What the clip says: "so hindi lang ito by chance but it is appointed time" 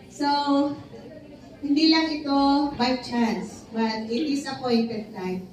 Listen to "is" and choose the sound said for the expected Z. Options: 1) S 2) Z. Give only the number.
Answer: 1